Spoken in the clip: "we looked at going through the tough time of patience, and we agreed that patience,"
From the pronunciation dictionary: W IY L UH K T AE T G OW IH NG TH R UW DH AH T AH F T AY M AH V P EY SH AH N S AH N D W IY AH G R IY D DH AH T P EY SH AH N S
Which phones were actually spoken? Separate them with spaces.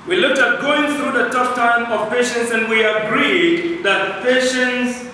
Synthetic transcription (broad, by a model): W IY L UH K T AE T G OW IH NG TH R UW DH AH T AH P T AY M AH V P EY SH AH N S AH N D W IY AH G R IY D DH AH T P EY SH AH N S